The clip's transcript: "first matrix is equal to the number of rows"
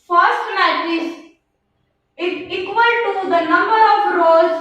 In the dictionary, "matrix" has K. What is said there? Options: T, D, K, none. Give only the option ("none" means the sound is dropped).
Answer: none